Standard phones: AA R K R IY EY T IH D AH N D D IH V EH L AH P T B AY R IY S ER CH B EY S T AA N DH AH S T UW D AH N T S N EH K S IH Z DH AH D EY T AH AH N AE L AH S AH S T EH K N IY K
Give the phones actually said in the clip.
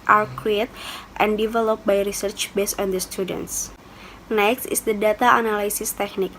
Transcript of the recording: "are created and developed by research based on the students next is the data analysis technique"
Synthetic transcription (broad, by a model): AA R K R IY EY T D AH N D D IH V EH L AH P B AY R IY S ER CH B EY S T AA N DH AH S T UW D AH N T S N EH K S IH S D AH D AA T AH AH N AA L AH S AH S T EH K N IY K